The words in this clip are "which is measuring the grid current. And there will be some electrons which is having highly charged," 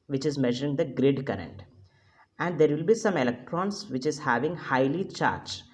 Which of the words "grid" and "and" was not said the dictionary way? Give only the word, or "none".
none